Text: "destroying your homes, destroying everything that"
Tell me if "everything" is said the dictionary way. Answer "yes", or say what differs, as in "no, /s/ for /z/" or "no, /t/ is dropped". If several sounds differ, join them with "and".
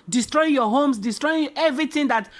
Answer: no, /t/ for /θ/